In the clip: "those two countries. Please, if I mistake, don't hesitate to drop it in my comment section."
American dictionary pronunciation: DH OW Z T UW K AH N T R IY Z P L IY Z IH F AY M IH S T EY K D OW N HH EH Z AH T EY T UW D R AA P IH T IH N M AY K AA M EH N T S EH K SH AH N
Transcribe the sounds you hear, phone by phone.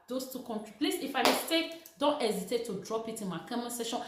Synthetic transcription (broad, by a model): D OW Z T UW K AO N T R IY P L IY S IH F AY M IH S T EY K D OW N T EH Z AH T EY T UW D R AA P IH T IH N M AY K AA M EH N S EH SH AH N